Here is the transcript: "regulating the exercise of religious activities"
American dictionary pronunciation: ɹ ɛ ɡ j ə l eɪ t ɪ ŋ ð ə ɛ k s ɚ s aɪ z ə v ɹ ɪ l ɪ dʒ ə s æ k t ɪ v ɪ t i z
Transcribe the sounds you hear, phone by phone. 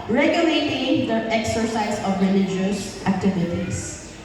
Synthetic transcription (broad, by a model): ɹ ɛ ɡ j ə l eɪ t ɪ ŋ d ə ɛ k s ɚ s aɪ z ə v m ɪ n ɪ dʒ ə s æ k t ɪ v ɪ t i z